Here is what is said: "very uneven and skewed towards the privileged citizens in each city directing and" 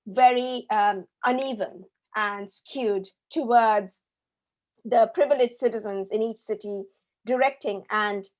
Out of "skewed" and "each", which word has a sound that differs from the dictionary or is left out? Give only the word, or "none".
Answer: none